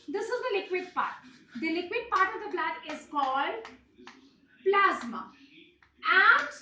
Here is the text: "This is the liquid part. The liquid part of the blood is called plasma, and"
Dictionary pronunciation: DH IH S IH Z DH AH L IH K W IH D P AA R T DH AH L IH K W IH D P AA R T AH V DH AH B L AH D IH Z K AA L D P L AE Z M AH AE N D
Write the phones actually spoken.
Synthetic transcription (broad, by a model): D IH S IH Z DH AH L IH K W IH D P AA R T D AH L IH K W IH D P AA R T AH V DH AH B L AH D IH Z K AA L D P L AE Z M AH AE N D